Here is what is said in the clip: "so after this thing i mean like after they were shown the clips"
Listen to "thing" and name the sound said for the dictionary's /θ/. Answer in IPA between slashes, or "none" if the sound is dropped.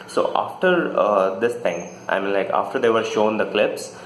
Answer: /t/